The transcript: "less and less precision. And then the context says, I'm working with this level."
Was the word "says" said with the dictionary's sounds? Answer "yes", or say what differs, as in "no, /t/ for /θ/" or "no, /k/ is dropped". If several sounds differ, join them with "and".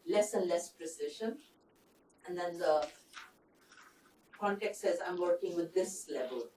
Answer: yes